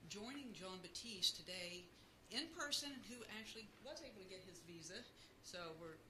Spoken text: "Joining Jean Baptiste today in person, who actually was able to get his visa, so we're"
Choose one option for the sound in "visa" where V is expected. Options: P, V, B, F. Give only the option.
V